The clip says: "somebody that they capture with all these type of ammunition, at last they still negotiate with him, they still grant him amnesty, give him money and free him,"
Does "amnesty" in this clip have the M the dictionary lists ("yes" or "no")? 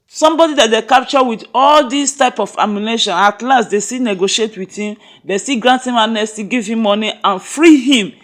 no